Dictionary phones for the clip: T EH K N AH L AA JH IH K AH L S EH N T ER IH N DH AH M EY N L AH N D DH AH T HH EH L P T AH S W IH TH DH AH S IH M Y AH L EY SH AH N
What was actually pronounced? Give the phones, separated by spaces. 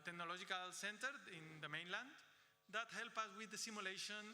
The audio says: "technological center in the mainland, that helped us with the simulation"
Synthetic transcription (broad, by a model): T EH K N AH L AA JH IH K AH L S EH N T ER IH N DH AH M EY N L AH N D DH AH T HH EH L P AH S W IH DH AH S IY M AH L EY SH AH N